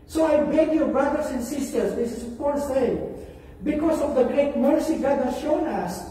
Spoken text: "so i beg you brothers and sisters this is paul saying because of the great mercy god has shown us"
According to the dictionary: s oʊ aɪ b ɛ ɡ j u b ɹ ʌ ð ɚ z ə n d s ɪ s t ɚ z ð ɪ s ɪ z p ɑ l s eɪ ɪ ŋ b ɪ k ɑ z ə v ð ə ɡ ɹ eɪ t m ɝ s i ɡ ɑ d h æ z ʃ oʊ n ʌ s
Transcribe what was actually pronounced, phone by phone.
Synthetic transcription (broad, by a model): s oʊ aɪ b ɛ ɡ j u b ɹ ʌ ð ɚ s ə n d s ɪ s t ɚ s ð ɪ s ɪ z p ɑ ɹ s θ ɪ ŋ b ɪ k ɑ s ə v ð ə ɡ ɹ eɪ t m ɝ s i ɡ ɑ d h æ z ʃ oʊ n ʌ s